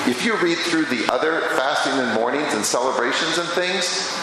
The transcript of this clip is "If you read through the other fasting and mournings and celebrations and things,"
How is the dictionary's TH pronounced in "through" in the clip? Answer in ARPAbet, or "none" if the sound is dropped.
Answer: TH